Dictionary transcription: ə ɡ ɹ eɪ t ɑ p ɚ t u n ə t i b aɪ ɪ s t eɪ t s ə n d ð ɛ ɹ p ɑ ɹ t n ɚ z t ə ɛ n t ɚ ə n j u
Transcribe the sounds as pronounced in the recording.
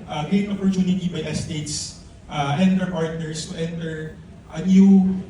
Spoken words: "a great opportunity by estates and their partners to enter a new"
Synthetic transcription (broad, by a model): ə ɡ eɪ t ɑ p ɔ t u n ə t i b aɪ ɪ s t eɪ t s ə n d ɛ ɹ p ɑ ɹ t n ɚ s t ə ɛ n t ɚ ə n j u